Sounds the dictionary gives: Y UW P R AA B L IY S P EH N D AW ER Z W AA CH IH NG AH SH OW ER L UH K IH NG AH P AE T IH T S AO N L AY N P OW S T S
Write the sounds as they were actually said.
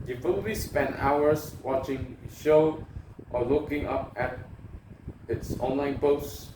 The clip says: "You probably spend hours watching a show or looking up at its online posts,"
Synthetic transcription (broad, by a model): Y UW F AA L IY S P EH N D AW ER S W AA CH IH NG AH SH OW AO L UH K IH NG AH P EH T IH T S AO N L AY N P OW S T